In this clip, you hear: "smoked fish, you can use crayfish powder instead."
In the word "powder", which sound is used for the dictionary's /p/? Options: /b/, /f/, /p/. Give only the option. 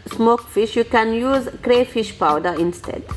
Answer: /p/